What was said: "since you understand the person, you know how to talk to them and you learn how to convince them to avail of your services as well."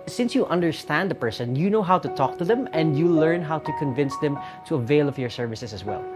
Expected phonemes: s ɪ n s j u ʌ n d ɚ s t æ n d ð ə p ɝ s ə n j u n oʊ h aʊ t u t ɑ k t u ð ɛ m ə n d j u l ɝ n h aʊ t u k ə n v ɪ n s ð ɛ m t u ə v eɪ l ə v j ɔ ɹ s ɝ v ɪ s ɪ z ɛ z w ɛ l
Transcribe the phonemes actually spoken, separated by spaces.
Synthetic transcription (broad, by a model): s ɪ n s j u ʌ n d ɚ s t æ n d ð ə p ɝ s ə n j u n oʊ h aʊ t u t ɑ k t u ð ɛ m ə n d j u l ɝ n h aʊ t u k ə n v ɪ n s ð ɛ m t u ə v eɪ l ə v j ɔ ɹ s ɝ v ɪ s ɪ s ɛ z w ɛ l